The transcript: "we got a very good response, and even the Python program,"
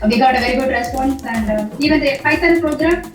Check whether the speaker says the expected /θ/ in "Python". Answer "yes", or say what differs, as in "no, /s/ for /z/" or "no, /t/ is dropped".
no, /s/ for /θ/